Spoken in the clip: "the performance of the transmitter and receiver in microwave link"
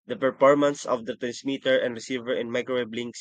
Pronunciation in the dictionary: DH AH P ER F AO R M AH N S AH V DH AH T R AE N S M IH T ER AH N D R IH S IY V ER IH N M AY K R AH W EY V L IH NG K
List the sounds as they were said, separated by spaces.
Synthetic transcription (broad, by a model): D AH P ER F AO R M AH N S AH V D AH T R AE N S M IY T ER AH N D R IH S IY V ER IH N M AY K AH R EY B L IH NG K